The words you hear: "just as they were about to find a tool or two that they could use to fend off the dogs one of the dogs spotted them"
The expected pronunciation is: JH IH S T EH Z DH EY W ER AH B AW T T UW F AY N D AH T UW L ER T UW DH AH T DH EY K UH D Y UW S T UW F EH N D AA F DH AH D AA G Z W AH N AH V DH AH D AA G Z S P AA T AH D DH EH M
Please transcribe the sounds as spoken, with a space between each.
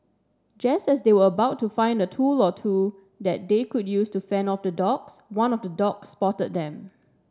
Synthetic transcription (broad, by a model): JH IH S T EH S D EY W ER AH B AW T T UW F AY N D AH T UW L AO T UW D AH T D EY K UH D Y UW S T UW F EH N AA F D AH D AA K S W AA N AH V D AH D AA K S P AA T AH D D EH M